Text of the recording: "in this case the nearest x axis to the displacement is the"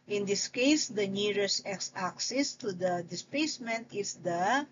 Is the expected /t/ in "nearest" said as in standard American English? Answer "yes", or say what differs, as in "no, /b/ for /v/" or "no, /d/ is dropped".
no, /t/ is dropped